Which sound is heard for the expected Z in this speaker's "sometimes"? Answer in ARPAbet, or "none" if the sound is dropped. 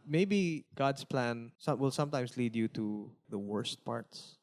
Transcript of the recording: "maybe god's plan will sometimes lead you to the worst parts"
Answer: S